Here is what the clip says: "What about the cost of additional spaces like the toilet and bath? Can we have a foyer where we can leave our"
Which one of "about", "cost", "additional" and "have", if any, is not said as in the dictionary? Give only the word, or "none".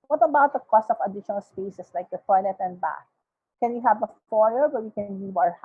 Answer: none